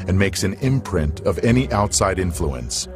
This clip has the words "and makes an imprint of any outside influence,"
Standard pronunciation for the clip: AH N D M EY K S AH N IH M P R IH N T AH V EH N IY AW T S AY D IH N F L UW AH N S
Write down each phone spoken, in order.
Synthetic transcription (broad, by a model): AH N M EY K S AH N IH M P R IH N T AH V EH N IY AW T S AY D IH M F L UW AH N S